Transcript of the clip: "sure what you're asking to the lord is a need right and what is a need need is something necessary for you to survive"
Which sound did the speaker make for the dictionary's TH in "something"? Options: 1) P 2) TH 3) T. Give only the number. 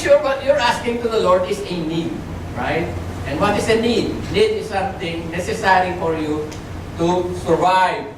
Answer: 3